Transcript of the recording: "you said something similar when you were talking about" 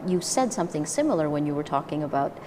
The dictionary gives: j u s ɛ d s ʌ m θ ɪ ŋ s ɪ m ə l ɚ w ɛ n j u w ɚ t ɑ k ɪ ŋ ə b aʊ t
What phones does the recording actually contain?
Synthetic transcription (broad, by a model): j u s ɛ d s ʌ m θ ɪ ŋ s ɪ m l ɚ w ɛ n j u w ɚ t ɑ k ɪ ŋ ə b aʊ t